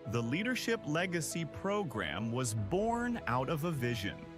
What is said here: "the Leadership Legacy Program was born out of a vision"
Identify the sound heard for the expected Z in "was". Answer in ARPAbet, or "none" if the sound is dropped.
Z